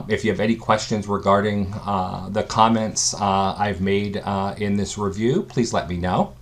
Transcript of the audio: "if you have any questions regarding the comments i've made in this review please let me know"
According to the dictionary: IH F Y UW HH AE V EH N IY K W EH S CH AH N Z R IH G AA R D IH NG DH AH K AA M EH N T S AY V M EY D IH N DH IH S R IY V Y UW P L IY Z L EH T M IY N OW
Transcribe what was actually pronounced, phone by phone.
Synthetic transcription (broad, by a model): IH F Y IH V EH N IY K W EH S CH AH N Z R IH G AA R D IH NG DH AH K AA M EH N T S AY V M EY D IH N DH IH S R IY V Y UW P L IY Z L EH T M IY N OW